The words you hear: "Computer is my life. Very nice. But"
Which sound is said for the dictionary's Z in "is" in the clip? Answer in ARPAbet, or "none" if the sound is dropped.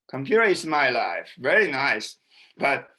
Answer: S